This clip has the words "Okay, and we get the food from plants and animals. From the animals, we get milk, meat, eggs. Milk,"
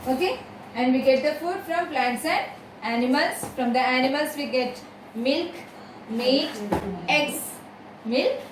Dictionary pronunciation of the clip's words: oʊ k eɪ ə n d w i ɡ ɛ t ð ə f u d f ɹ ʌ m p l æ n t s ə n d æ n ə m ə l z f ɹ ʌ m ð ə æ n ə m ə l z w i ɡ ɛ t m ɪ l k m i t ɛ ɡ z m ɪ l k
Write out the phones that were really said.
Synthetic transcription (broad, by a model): oʊ k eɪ ə n d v i ɡ ɛ t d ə f u d f ɹ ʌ m p l æ n t s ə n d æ n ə m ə l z f ɹ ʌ m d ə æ n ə m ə l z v i ɡ ɛ t m ɪ l k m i ɛ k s m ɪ l k